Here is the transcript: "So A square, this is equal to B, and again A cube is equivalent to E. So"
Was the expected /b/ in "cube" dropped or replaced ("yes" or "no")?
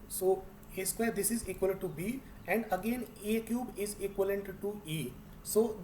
no